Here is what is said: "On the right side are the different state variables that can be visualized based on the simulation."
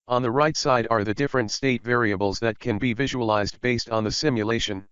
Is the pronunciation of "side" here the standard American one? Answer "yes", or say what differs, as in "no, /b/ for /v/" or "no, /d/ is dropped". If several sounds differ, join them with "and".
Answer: yes